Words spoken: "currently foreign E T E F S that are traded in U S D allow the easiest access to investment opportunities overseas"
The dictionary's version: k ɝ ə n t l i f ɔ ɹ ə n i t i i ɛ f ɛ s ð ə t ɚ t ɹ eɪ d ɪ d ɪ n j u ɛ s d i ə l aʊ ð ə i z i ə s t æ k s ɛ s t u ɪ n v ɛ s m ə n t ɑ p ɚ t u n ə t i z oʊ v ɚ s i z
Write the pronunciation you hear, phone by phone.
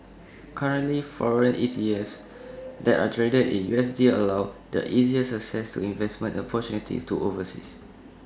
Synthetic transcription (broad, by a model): k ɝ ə n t l i f ɔ ɹ ə n i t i i ɛ f s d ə t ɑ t ɹ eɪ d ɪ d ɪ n j u ɛ s d i ə l aʊ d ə i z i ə s ʌ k s ɛ s t u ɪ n v ɛ s m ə n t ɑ p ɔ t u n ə t i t oʊ v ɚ s i s